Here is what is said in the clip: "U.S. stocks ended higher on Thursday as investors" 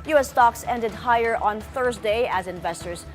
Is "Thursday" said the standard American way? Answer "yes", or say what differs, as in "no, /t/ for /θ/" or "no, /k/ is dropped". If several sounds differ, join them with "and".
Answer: yes